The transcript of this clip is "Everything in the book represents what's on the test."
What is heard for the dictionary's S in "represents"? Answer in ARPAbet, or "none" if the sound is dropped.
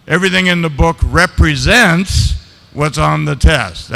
S